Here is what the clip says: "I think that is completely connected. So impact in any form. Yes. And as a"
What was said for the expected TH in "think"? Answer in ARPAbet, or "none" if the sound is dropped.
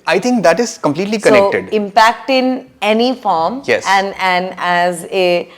T